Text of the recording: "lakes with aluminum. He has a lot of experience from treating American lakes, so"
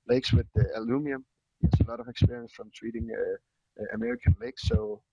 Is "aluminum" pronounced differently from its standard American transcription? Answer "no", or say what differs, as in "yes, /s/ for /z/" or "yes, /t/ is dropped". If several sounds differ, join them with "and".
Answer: yes, /n/ is dropped